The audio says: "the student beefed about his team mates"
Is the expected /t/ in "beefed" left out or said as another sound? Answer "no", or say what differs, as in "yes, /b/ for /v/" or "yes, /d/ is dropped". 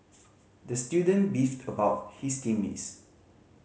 no